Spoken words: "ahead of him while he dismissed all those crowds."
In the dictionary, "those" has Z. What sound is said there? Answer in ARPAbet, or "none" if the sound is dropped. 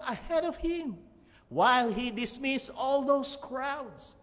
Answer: S